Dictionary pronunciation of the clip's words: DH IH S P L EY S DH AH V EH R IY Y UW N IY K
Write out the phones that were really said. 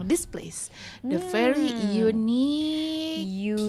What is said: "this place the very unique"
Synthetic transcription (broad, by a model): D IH S P L EY S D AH F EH R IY Y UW N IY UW